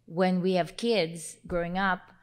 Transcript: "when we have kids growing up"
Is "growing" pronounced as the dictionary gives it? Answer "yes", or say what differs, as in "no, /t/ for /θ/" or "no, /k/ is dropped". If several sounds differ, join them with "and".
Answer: yes